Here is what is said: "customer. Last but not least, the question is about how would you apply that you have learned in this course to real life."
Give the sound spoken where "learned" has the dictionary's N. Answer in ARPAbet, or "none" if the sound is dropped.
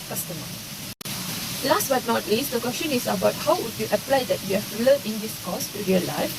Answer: L